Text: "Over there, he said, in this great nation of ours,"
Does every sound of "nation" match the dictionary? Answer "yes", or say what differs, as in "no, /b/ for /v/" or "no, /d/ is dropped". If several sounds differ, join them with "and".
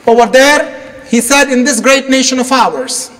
yes